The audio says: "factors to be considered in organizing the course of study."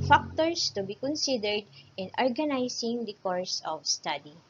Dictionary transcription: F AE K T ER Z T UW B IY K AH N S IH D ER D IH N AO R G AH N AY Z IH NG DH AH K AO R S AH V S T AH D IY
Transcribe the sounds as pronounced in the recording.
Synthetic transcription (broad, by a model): F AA K T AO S T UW B IY K AH N S IH D ER D IH N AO R G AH N AY S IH NG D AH K AO R S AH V S T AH D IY